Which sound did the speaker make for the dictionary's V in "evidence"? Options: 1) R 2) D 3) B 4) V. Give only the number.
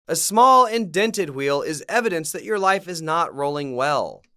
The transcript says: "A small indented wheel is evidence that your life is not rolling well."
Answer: 4